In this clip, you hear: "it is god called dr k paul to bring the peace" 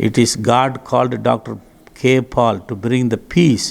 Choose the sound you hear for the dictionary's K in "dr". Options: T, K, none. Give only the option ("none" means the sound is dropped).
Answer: K